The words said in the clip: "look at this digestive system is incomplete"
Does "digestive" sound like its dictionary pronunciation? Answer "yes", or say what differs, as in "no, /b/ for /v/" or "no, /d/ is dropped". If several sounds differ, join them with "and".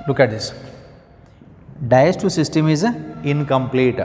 no, /dʒ/ is dropped